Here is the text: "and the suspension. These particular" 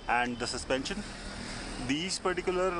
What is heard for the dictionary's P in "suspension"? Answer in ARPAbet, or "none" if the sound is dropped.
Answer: P